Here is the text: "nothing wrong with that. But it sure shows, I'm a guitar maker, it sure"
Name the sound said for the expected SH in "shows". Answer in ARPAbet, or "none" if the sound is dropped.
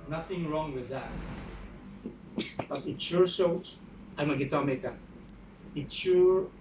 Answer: S